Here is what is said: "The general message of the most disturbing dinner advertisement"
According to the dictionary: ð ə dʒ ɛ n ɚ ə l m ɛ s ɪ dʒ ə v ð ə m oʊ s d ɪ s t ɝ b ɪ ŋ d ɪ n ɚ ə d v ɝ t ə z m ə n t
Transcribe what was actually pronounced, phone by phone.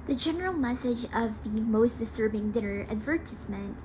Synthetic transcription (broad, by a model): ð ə dʒ ɛ n ɚ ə l m ɛ s ɪ dʒ ə v ð ə m oʊ s d ɪ s t ɝ b ɪ ŋ d ɪ n ɚ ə d v ɝ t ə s m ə n t